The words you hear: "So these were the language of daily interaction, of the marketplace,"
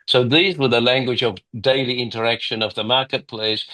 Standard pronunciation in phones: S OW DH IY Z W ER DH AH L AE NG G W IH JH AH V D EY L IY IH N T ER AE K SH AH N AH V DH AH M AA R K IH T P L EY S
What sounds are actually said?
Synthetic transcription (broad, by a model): S OW DH IY Z W ER DH AH L AE NG G W IH JH AH V D EY L IY IH N T ER AE K SH AH N AH V DH AH M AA R K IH T P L EY S